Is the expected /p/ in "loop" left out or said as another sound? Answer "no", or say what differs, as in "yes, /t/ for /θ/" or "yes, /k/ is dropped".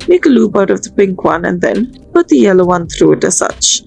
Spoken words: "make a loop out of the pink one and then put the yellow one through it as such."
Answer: yes, /b/ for /p/